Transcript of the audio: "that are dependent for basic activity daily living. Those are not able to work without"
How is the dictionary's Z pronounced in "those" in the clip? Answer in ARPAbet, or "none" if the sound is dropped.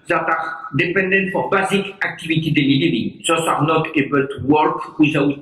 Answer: S